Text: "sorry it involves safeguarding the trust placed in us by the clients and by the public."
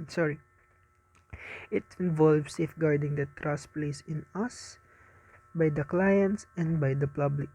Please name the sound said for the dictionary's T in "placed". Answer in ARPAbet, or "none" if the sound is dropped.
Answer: none